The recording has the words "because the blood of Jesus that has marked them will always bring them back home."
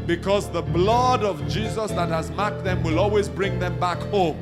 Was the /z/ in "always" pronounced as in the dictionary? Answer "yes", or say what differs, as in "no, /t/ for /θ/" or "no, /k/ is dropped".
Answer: yes